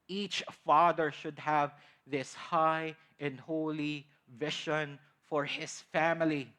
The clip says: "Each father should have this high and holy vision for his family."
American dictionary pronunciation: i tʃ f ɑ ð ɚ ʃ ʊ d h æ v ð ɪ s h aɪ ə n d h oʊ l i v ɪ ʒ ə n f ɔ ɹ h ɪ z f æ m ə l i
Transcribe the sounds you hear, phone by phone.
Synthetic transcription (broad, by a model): i tʃ f ɑ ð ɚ ʃ ʊ d h æ v ð ɪ s h aɪ ə n d h oʊ l i v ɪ ʃ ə n f ɔ ɹ h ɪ s f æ m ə l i